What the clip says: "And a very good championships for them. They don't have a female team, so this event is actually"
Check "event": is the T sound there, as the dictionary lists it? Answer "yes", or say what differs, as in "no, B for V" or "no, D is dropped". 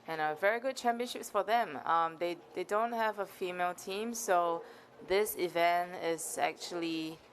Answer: yes